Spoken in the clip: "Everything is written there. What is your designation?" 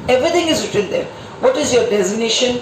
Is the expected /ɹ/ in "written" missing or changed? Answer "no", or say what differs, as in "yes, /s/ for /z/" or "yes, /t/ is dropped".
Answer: yes, /w/ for /ɹ/